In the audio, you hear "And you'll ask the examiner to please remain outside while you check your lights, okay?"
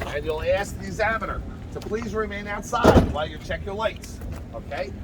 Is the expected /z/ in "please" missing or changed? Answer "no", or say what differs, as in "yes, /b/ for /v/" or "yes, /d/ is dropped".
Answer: no